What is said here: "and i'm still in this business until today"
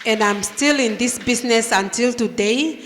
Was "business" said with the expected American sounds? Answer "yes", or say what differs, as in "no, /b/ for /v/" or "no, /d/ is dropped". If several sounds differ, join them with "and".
no, /s/ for /z/